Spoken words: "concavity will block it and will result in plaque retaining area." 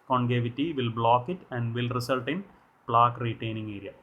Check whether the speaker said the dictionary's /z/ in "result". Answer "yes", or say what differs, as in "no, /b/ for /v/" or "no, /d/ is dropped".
no, /s/ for /z/